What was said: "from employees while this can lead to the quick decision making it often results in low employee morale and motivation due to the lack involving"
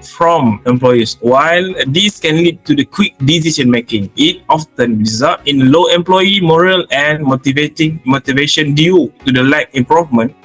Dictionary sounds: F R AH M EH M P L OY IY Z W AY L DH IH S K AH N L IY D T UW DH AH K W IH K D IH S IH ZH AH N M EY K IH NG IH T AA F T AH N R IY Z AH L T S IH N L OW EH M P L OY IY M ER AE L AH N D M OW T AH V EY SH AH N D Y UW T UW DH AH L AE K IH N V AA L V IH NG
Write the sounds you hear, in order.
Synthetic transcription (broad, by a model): F R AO M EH M P L OY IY S W AY L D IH S K AH N L IY D T UW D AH K W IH K D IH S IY SH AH N M EY K IH NG IH T AA F T AH N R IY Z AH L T IH N L OW EH M P L OY IY M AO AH L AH N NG M OW T AH V EY SH AH N D Y UW T UW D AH L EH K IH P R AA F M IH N